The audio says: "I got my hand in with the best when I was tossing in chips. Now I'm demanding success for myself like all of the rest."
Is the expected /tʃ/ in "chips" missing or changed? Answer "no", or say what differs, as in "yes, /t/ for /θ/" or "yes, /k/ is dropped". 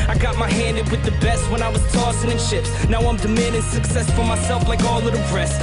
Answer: yes, /ʃ/ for /tʃ/